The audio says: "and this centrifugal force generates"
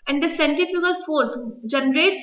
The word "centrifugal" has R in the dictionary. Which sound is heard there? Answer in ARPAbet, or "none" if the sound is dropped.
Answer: none